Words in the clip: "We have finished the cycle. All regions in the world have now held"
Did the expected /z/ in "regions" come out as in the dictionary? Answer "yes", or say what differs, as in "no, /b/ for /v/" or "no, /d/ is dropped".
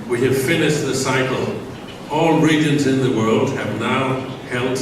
yes